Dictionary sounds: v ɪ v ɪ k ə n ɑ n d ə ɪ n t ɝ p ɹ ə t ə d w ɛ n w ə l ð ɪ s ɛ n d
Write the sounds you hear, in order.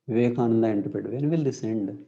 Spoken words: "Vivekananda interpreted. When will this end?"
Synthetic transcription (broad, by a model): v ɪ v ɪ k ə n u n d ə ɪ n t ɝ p ə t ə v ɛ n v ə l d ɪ s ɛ n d